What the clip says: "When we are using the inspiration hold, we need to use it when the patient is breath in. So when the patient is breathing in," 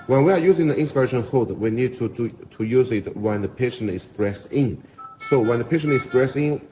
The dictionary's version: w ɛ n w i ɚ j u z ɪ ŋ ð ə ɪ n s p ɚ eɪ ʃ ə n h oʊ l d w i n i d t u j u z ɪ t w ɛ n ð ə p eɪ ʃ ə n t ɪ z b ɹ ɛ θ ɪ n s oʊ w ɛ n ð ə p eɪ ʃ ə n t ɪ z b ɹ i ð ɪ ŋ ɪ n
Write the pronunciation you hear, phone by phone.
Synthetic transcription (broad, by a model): w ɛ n w i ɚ j u z ɪ ŋ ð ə ɪ n s p ɚ eɪ ʃ ə n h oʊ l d w i n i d t u j u z ɪ t w ɛ n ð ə p eɪ ʃ ə n t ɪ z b ɹ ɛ s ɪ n s oʊ w ɛ n ð ə p eɪ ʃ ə n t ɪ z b ɹ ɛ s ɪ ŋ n